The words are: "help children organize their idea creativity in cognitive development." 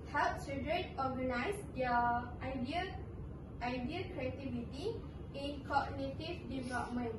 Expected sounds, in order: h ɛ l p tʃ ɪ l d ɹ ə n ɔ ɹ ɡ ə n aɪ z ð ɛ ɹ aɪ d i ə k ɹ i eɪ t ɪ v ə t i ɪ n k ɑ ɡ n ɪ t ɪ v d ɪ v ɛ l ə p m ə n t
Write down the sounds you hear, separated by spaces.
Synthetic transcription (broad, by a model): h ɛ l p s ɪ d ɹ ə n ɔ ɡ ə n aɪ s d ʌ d aɪ d i ə k ɹ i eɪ t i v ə t i ɪ n k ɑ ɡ n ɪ t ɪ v d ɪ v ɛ l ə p m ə n